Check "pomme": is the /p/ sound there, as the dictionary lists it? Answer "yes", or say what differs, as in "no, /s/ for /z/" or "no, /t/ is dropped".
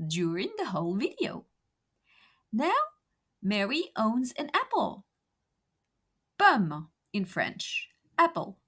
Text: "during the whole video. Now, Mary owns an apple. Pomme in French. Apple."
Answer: no, /b/ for /p/